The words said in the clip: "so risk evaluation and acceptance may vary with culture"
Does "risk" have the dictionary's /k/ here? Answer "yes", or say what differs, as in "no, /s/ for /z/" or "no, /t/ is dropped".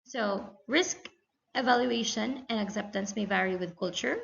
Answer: yes